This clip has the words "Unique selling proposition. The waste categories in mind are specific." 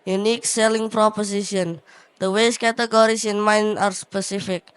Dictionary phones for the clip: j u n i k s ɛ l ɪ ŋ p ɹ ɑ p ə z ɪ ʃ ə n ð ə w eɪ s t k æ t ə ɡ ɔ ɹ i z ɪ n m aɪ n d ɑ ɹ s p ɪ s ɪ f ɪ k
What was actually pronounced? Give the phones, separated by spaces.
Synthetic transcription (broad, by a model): j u n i k s ɛ l ɪ ŋ p ɹ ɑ p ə s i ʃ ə n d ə w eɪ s k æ t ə ɡ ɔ ɹ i s ɪ n m aɪ n ɑ ɹ s p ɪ s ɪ f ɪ k